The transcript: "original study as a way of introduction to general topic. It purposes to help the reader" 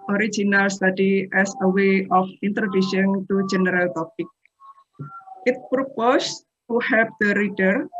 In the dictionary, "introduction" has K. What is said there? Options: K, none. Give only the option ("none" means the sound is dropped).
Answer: none